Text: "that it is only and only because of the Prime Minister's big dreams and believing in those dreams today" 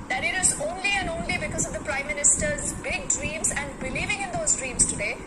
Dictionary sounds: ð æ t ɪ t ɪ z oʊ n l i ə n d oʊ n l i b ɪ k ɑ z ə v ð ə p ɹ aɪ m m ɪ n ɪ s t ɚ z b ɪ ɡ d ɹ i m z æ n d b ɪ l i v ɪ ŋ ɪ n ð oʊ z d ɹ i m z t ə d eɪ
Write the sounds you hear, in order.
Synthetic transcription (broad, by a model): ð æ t ɪ t ɪ z oʊ n l i ə n d oʊ n l i b ɪ k ɑ z ə v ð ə p ɹ aɪ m m ɪ n ɪ s t ɚ z b ɪ ɡ d ɹ i m z æ n d b ɪ l i v ɪ ŋ ɪ n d oʊ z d ɹ i m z t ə d eɪ